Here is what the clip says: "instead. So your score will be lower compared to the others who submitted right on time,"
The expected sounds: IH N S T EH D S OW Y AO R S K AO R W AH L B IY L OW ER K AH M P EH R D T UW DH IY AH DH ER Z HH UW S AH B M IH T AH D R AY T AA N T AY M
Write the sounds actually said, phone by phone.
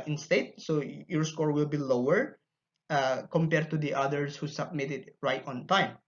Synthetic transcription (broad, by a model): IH N S T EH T S OW Y AO R S K AO R W AH L B IY L OW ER K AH M P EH R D T UW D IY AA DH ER S HH UW S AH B M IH T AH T R AY T AA N T AY M